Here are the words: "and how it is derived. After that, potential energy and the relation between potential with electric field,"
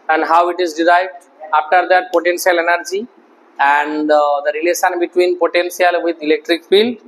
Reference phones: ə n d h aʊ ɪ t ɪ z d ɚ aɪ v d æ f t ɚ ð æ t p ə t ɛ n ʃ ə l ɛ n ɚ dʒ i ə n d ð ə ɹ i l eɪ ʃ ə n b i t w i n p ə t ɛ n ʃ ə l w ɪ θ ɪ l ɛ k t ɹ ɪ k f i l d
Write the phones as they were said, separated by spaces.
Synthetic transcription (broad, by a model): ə n d h aʊ ɪ t ɪ z d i aɪ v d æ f t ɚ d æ t p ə t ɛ n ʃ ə l ɛ n ɚ dʒ i ə n d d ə ɹ i l eɪ ʃ ə n b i t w i n p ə t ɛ n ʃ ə l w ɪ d ɪ l ɛ k t ɹ ɪ k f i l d